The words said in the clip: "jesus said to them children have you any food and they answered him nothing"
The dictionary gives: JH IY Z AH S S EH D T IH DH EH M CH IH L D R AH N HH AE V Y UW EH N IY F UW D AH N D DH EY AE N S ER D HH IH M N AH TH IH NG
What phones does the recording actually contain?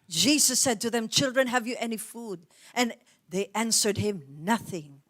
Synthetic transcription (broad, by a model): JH IY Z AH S S EH D T IH DH EH M CH IH L D R AH N HH AE V Y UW EH N IY F UW D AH N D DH EY AE N S ER D HH IH M N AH TH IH NG